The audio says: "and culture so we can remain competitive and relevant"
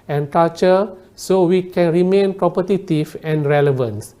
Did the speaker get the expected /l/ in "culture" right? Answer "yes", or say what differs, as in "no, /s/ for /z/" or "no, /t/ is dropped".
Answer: no, /l/ is dropped